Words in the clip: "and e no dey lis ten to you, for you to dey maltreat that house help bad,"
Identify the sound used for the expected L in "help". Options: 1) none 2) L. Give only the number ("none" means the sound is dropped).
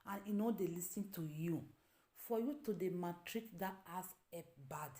1